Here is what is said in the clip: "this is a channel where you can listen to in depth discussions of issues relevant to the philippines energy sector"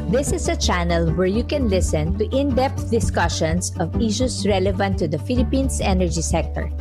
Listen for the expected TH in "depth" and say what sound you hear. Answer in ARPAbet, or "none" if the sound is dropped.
T